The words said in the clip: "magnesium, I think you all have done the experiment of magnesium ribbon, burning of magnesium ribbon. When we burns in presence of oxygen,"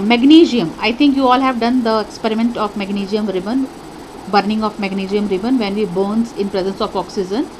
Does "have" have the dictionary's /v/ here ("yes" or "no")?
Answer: yes